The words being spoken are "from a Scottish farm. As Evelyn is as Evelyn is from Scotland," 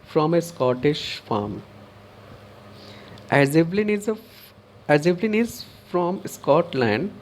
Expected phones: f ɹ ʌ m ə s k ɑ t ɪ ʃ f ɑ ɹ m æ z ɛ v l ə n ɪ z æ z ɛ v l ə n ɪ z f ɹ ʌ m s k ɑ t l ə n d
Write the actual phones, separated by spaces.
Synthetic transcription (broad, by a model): f ɹ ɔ m ə s k ɑ t ɪ ʃ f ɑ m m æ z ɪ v l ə n ɪ z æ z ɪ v l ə n ɪ z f ɹ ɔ m s k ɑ t l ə n d